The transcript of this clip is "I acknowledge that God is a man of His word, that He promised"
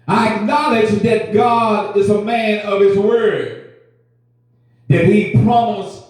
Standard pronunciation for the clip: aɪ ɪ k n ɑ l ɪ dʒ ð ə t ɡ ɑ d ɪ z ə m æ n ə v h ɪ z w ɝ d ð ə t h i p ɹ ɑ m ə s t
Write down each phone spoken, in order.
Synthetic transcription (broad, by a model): aɪ ɪ k n ɑ l ɪ dʒ ð ə t ɡ ɑ d ɪ z ə m æ n ə v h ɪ z w ɝ d ð ə t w i p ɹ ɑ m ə s